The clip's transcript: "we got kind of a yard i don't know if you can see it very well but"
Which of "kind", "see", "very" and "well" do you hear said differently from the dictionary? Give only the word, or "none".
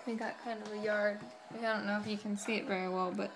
none